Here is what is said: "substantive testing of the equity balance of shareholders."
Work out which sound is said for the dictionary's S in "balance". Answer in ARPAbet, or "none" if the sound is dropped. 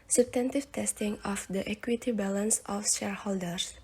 S